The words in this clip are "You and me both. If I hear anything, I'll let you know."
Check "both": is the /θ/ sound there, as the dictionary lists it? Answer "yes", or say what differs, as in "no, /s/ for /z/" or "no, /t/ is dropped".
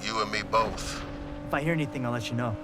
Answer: yes